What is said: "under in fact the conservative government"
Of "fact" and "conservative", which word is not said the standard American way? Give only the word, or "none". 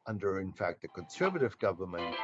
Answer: none